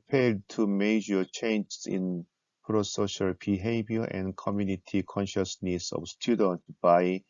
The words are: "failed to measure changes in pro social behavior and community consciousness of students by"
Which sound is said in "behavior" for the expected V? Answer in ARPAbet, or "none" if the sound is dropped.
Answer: B